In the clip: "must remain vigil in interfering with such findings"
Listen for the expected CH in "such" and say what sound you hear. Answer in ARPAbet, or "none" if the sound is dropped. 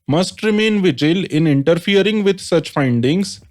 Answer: CH